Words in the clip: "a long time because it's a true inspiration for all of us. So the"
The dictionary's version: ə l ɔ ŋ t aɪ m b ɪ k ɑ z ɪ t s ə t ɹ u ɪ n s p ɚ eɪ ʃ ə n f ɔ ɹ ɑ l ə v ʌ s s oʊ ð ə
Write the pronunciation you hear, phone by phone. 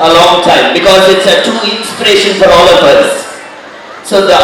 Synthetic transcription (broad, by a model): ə l ɔ ŋ t aɪ m b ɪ k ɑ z ɪ t s ə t u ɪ n s p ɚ eɪ ʃ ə n f ɔ ɹ ɑ l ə p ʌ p s oʊ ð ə